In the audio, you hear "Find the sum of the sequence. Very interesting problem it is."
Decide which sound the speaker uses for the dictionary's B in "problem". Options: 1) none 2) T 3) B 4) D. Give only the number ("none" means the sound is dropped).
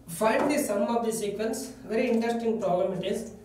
1